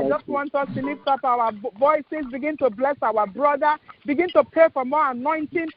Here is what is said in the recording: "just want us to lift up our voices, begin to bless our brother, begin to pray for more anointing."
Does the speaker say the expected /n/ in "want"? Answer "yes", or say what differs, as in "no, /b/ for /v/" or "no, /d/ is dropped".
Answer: yes